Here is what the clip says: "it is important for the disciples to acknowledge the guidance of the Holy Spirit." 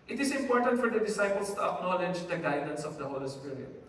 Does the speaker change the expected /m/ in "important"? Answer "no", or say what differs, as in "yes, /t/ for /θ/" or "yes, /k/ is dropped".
no